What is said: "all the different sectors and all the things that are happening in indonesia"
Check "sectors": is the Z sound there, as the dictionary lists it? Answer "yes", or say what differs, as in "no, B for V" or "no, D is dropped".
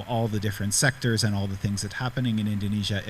yes